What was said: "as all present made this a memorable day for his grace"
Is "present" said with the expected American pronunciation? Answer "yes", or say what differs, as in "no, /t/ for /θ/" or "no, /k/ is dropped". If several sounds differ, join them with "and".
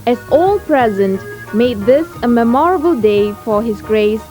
yes